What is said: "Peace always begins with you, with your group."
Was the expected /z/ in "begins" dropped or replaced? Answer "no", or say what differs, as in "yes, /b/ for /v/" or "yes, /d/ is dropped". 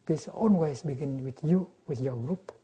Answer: yes, /z/ is dropped